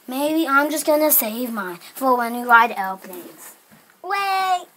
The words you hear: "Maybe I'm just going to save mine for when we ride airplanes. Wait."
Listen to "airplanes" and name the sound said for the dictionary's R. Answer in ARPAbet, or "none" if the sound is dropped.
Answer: L